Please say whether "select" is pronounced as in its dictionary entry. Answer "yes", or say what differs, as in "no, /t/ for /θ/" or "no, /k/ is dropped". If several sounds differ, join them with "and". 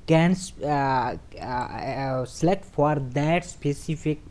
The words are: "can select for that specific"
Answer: no, /k/ is dropped